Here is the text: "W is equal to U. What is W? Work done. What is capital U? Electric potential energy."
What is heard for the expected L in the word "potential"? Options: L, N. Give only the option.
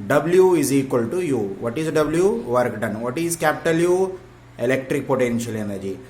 L